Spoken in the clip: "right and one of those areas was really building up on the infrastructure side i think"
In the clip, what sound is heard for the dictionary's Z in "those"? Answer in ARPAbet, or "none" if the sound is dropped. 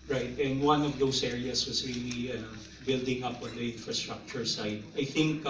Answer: S